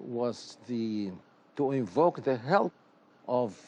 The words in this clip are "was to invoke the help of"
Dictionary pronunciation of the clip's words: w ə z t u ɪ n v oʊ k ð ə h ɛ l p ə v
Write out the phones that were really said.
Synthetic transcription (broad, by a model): w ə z t u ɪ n v oʊ k ð ə h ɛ l ə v